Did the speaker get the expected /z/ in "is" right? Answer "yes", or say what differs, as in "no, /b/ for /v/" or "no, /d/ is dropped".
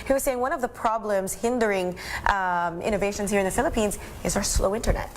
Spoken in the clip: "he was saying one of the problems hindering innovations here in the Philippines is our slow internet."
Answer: yes